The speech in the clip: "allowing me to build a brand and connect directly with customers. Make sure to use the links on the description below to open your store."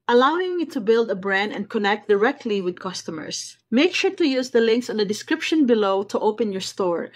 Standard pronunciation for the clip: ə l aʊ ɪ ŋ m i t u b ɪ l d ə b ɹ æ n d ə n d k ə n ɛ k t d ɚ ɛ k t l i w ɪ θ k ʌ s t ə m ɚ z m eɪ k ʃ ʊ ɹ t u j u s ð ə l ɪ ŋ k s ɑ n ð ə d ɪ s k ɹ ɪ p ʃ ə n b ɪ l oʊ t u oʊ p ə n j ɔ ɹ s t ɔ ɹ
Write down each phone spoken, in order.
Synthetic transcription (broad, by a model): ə l aʊ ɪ ŋ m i t u b ɪ l d ə b ɹ æ n d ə n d k ə n ɛ k t d ɚ ɛ k t l i w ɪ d k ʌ s t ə m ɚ s m eɪ k ʃ ʊ ɹ t u j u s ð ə l ɪ ŋ k s ɑ n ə d ɪ s k ɹ ɪ p ʃ ə n b ɪ l oʊ t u oʊ p ə n j ɔ ɹ s t ɔ ɹ